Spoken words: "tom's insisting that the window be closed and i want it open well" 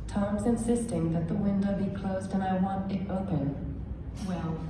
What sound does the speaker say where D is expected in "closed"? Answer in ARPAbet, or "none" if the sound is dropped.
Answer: D